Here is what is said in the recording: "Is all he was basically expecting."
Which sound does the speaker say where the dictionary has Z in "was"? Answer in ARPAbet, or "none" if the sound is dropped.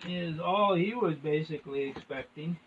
Z